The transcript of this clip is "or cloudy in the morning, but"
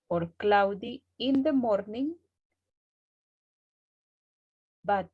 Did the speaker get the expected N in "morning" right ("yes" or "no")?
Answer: yes